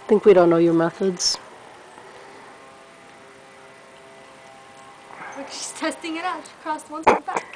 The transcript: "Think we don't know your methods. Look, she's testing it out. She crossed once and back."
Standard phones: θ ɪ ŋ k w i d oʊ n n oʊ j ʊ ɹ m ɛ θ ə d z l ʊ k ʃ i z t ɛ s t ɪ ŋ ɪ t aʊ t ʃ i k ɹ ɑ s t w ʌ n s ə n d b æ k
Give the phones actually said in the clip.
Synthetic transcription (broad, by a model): θ ɪ ŋ k w i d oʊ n n oʊ j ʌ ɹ m ɛ θ ə d z w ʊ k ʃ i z t ɛ s t ɪ ŋ ɪ t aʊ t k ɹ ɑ s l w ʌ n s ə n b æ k